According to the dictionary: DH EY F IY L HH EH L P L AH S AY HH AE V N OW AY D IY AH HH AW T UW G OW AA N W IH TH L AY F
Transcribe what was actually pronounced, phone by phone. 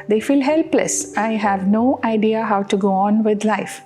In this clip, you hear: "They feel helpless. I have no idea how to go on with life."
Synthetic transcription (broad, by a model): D EY F IY L HH EH L P L AH S AY HH AE V N OW AY D IY AH HH AW T UW G OW AA N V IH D L AY F